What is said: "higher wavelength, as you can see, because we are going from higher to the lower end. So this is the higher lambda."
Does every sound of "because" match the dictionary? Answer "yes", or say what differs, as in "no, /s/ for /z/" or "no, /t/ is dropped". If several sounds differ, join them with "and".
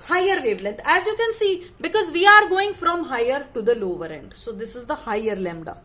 yes